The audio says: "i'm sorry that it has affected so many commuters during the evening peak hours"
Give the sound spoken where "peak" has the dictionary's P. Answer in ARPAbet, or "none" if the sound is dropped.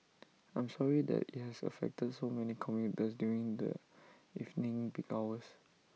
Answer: B